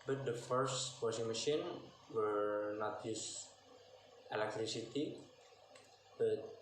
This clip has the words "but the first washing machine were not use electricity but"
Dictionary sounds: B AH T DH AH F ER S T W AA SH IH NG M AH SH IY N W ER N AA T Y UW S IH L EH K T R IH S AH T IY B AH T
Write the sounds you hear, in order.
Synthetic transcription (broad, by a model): B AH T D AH F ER S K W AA S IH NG M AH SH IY N W ER N AA T Y UW S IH L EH K T R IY S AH T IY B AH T